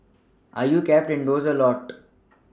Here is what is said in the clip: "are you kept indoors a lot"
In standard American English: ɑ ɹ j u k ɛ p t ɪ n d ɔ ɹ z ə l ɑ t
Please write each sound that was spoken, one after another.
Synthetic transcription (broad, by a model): ɑ ɹ j u k ɛ p t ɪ n d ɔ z ə l ɑ t